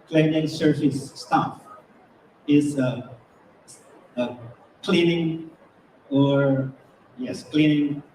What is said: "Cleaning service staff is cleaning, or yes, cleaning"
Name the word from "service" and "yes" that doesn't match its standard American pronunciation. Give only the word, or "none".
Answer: service